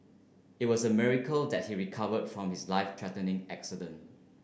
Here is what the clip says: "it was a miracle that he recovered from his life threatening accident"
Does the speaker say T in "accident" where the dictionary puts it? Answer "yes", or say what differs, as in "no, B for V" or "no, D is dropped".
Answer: yes